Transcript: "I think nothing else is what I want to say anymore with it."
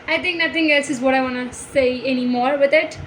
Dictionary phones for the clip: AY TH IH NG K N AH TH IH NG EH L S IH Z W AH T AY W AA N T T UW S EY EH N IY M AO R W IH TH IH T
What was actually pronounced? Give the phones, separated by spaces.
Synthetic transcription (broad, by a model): AY T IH NG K N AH T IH NG EH L S IH Z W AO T AY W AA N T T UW S EY EH N IY M AO R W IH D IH T